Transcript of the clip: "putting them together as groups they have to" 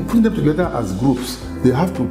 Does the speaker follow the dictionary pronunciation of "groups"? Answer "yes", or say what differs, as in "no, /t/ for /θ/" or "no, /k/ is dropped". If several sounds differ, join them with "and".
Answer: yes